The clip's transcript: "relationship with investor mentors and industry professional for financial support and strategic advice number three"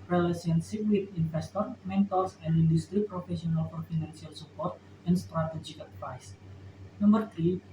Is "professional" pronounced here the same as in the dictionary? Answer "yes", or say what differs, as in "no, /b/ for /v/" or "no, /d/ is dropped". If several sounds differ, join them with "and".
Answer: no, /s/ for /ʃ/